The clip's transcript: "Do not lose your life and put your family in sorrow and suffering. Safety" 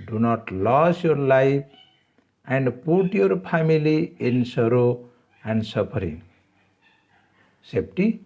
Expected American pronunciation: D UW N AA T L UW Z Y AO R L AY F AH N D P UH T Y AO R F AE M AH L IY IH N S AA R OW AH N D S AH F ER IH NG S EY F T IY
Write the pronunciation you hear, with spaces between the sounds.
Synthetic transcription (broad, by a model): D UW N AA T L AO S Y AO R L AY P AH N D P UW T Y AO R P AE M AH L IY IH N S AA R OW AH N D S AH P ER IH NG S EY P T IY